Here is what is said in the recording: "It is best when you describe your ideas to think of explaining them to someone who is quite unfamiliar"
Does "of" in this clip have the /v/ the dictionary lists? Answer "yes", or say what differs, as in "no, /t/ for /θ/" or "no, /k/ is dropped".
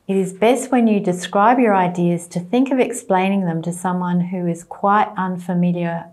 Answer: yes